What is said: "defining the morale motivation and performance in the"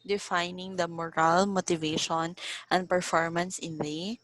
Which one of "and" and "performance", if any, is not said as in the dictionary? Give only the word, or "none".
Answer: none